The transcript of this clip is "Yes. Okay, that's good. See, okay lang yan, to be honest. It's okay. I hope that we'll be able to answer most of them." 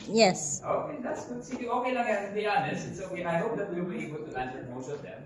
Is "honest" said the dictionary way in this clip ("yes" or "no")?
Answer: no